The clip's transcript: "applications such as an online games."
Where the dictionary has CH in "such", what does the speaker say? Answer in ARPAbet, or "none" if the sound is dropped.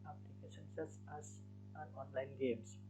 S